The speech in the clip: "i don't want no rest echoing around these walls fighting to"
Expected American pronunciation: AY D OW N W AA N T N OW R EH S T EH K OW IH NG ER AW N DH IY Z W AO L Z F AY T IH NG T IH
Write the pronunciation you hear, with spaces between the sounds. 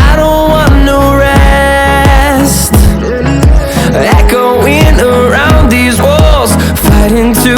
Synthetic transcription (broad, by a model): AY D OW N W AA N N OW R EH S T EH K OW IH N ER AW N DH IY Z W AO L Z F AY T IH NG T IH